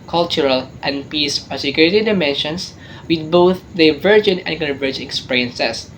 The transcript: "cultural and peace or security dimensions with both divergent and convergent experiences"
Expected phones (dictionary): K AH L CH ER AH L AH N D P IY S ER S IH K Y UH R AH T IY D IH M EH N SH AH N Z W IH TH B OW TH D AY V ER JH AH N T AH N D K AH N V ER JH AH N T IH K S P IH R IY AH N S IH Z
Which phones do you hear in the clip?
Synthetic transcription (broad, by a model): K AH L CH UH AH L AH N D P IY S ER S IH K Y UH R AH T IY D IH M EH N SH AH N S W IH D B OW TH D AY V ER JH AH N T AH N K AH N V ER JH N IH K S P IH R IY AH N S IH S